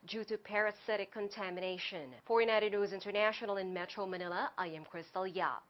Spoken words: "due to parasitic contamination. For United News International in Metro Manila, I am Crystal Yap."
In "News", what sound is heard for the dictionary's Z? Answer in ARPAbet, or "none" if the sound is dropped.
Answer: Z